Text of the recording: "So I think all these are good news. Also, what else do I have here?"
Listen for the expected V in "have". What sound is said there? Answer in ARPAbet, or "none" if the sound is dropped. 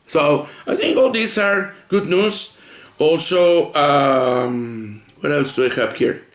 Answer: P